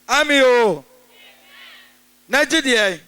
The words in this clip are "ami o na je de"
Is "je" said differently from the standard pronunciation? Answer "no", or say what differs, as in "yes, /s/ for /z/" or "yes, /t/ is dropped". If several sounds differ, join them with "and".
no